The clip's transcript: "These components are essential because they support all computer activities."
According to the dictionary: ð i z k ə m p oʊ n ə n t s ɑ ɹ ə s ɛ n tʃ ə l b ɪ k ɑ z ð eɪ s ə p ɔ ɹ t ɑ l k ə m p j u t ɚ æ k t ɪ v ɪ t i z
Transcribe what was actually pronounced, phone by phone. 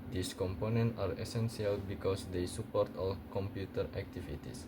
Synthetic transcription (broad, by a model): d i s k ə m p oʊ n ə n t ɑ ɹ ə s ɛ n s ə l b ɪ k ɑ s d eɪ s ə p ɔ ɹ t ɑ l k ə m p j u t ɚ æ k t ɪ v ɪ t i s